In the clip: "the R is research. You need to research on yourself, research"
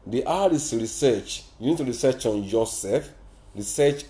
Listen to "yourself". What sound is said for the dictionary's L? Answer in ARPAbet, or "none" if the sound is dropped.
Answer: none